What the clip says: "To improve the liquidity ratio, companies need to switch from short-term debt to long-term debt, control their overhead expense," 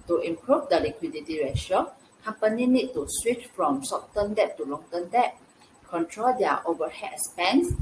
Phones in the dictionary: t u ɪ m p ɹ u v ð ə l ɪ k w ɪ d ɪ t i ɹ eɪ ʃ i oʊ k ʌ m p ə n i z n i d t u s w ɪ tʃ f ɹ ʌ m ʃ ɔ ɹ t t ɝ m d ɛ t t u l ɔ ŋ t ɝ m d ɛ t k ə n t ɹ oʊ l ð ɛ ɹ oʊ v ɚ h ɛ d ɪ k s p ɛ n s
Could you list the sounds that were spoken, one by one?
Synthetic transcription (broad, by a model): t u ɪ m p ɹ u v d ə l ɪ k w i d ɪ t i ɹ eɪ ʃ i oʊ k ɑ m p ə n i n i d t u s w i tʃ f ɹ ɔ m s ɔ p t t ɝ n d ɛ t t u l ɔ ŋ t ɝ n d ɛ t k ə n t ɹ oʊ l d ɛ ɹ oʊ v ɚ h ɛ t s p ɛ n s